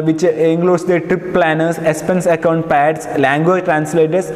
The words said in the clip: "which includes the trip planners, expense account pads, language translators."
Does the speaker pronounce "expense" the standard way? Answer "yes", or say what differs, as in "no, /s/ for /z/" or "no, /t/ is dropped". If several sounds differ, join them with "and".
no, /k/ is dropped